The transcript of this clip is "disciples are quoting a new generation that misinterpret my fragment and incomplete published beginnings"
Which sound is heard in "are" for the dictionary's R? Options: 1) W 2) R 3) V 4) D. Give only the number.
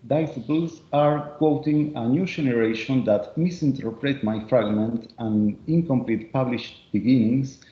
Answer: 2